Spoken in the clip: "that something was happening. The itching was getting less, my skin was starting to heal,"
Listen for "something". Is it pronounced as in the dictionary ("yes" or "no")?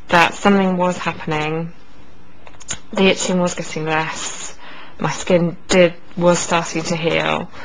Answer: yes